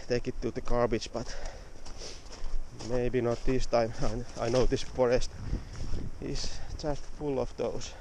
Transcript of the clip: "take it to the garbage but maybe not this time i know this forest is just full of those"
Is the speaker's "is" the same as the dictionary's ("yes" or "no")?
no